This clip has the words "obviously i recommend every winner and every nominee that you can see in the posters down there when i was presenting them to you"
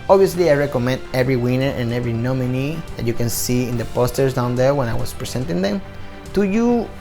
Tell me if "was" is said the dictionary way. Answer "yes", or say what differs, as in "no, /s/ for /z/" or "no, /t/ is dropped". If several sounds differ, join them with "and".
no, /s/ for /z/